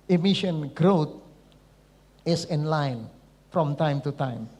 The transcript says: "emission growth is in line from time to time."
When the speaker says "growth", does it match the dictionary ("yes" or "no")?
no